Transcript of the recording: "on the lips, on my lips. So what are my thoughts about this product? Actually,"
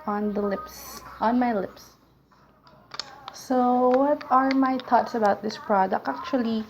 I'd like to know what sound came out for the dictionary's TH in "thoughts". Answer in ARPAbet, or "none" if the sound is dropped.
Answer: T